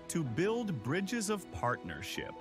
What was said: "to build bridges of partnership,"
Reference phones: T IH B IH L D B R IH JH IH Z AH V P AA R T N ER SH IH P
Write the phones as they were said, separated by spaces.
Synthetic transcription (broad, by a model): T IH B IH L D B R IH JH IH Z AH V P AA R T N ER SH IH P